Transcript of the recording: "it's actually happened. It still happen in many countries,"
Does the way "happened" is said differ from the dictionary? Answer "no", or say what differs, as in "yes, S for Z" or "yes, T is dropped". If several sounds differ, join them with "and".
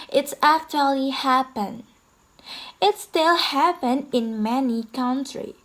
yes, D is dropped